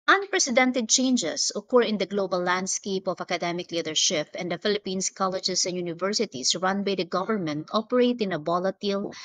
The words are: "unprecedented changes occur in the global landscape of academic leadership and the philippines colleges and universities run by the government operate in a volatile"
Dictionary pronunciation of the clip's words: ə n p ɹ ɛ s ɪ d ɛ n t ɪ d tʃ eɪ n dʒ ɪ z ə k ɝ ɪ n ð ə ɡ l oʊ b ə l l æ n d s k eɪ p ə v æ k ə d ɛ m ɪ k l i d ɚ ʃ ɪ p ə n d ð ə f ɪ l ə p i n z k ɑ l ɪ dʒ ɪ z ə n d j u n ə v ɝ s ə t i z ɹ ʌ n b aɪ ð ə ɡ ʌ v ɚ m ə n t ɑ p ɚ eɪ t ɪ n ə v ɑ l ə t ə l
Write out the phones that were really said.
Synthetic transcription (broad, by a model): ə n p ɹ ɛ s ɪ d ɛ n t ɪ d tʃ eɪ n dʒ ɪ s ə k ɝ ɪ n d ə ɡ l oʊ b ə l l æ n d s k eɪ p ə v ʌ k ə d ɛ m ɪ k l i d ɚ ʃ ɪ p ə n d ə f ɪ l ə p i n s k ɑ l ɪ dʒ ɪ s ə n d j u n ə v ɝ s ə t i s ɹ ʌ n b aɪ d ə ɡ ʌ v ɚ m ə n t ɑ p ɚ eɪ t ɪ n ə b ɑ l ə t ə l